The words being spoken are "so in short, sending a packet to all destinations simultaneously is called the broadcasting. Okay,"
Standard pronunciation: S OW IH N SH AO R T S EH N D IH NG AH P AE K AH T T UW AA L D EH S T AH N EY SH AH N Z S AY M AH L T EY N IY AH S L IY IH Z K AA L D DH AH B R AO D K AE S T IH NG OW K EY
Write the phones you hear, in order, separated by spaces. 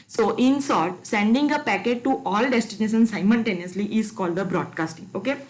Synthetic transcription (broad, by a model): S OW IH N S AO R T S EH N D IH NG AH P AE K AH T T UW AA L D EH S T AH N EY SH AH N S AY M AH N T EY N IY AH S L IY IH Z K AA L D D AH B R AO D K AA S T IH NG OW K EY